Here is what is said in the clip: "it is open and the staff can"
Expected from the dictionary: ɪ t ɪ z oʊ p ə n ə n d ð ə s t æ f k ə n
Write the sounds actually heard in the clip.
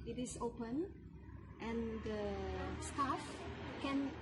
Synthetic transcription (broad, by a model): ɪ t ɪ s oʊ p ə n ə n d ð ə s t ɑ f k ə n